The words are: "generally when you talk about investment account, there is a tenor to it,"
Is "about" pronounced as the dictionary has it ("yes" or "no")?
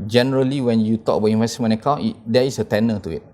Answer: no